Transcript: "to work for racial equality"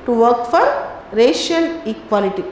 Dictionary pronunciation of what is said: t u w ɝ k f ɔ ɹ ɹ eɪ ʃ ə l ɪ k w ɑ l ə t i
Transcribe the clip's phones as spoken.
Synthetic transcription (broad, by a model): t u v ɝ k f ɔ ɹ ɹ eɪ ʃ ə n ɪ k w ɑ l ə t i